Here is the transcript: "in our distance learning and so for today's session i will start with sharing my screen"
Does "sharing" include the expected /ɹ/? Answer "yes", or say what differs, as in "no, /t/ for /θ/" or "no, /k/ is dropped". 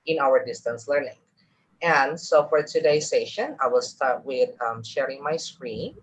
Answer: yes